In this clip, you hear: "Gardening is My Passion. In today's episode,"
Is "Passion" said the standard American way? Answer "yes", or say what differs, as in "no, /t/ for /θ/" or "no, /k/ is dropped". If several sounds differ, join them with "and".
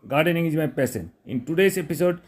no, /s/ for /ʃ/